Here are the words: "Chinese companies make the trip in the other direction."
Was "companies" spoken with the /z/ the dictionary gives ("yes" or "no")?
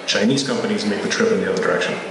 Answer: yes